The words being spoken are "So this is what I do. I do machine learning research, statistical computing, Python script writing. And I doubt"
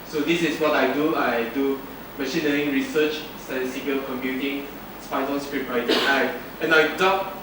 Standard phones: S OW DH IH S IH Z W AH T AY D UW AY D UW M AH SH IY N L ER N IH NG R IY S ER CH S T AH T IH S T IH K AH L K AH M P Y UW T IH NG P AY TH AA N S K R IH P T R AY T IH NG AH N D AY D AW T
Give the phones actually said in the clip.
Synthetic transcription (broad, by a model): S OW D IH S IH S W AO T AY D UW AY D UW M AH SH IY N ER IH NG R IY S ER CH S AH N S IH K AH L K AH M P Y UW T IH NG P AY T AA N S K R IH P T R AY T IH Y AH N AY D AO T